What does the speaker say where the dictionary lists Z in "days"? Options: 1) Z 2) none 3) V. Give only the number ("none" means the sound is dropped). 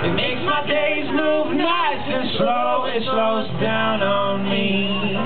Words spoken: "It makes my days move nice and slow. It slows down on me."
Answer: 1